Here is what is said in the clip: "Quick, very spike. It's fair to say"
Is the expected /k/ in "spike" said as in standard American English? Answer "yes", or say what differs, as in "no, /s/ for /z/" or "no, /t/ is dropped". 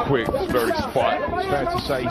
no, /k/ is dropped